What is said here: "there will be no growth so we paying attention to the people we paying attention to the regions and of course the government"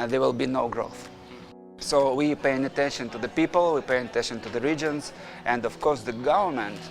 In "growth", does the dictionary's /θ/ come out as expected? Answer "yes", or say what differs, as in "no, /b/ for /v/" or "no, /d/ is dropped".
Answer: yes